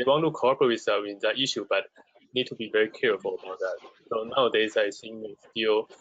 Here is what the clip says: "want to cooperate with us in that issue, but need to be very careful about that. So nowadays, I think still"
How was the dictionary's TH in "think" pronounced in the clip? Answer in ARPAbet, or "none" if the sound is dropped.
S